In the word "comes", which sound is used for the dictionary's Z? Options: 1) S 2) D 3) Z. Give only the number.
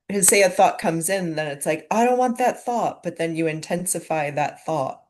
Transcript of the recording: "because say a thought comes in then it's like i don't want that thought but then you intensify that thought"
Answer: 3